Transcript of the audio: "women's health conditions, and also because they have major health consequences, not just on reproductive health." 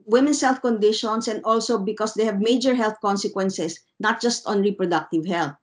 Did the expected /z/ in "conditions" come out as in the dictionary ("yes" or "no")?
no